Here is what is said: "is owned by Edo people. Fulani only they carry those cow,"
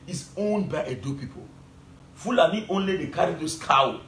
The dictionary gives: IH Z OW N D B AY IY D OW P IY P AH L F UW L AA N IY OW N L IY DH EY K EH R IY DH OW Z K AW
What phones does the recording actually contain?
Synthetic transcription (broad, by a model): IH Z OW N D B AY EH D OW P IY P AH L F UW L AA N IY OW N L IY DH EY K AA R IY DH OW S K AW